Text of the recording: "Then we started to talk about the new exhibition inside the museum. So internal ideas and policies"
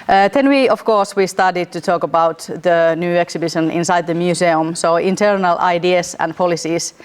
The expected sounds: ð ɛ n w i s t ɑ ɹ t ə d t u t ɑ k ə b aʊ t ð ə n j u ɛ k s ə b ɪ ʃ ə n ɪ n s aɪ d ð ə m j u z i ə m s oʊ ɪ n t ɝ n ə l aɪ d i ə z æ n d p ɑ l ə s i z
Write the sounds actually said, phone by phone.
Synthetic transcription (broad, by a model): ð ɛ n w i s t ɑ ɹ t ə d t u t ɑ k ə b aʊ t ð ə n j u ɛ k s ə b ɪ ʃ ə n ɪ n s aɪ d ð ə m j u s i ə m s oʊ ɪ n t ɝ n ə l aɪ d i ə s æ n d p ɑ l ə s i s